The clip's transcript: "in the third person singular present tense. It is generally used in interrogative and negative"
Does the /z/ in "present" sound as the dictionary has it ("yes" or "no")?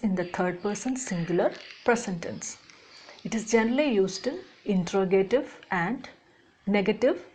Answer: no